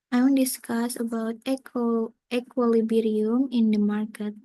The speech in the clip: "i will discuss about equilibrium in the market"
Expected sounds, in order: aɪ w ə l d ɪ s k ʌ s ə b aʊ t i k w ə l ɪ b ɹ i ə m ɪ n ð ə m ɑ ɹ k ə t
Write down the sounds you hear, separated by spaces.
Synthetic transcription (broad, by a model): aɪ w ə n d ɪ s k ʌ s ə b aʊ t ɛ k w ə l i b ɹ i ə m ɪ n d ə m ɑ ɹ k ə t